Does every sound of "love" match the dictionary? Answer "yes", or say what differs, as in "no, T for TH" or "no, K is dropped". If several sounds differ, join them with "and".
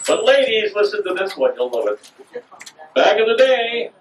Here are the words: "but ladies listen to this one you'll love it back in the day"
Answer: no, V is dropped